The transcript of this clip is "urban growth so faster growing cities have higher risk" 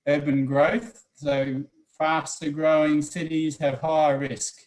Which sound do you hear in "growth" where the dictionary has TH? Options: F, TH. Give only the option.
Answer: TH